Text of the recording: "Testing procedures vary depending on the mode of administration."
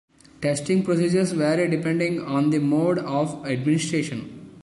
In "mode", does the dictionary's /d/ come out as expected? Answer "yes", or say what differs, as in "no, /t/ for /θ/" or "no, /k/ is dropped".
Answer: yes